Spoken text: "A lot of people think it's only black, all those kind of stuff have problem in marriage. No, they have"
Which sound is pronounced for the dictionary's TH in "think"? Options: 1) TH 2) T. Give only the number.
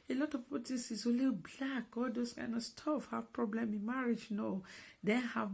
2